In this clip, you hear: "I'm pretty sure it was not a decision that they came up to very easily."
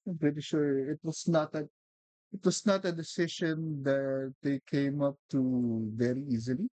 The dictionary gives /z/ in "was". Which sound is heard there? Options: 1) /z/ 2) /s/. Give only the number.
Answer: 2